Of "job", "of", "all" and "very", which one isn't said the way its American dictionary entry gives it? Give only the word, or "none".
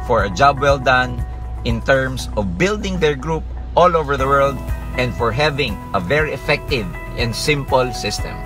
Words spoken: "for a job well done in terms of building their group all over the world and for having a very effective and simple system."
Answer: none